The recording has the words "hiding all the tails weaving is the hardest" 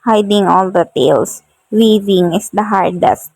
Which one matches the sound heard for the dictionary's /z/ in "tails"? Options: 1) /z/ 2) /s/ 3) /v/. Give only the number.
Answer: 2